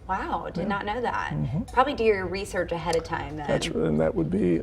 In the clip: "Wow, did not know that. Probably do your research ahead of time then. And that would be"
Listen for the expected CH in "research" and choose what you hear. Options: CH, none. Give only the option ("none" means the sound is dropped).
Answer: CH